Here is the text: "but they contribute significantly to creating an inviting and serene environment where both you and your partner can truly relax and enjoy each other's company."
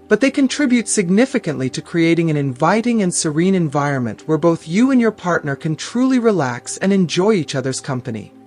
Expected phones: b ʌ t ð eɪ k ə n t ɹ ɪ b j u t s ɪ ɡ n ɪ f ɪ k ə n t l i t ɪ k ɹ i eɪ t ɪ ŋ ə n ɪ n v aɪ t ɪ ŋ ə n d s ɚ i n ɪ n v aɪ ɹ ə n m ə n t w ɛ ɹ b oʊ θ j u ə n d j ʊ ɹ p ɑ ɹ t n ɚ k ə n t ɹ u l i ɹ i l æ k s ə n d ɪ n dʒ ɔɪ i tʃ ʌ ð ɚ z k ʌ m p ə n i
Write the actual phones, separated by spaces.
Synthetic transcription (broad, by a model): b ʌ t ð eɪ k ə n t ɹ ɪ b j u t s ɪ ɡ n ɪ f ɪ k ə n t l i t ɪ k ɹ i eɪ t ɪ ŋ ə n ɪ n v aɪ t ɪ ŋ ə n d s ɚ i n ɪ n v aɪ ɹ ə n m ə n t w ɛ ɹ b oʊ θ j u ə n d j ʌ ɹ p ɑ ɹ t n ɚ k ə n t ɹ u l i ɹ i l æ k s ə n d ɪ n dʒ ɔɪ i tʃ ʌ ð ɚ z k ʌ m p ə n i